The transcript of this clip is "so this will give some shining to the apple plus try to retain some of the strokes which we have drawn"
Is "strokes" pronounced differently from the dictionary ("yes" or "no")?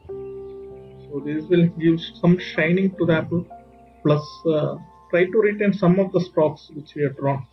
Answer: yes